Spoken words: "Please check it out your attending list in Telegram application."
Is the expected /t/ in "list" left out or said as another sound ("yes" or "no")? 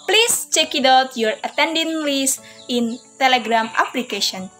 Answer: yes